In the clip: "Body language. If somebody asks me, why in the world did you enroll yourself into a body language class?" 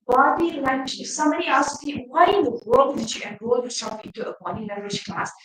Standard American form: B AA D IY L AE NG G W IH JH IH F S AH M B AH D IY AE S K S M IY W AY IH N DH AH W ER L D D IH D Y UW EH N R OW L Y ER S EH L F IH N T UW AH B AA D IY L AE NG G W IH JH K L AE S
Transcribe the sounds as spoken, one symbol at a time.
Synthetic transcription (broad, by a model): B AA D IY L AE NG G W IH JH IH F S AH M AH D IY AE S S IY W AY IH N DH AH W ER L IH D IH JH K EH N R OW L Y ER S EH L F IH N T UW AH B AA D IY L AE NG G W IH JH K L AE S